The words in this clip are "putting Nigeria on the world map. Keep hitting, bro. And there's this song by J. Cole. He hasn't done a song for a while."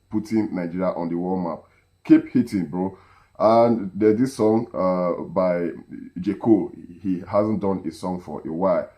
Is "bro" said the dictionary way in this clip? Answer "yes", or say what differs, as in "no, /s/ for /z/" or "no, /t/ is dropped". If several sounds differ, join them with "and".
yes